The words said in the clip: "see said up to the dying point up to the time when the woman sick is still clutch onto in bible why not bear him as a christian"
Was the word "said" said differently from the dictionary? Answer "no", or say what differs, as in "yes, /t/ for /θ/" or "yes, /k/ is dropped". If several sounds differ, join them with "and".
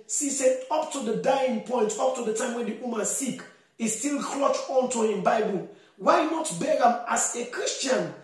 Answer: yes, /d/ is dropped